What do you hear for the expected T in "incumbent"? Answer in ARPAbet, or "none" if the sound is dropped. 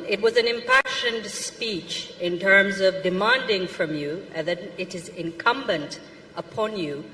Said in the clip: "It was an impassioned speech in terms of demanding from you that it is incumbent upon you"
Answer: T